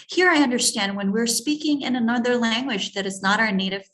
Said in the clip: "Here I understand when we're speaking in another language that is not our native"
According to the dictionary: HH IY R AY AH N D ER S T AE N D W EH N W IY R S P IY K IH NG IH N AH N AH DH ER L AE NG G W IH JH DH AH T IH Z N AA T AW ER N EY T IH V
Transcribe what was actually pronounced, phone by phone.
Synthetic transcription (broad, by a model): HH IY R AY AH N D ER S T AE N D W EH N W IY R S P IY K IH NG IH N AH N AH DH ER L AE NG G W IH JH DH AH T IH Z N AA T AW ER N EY T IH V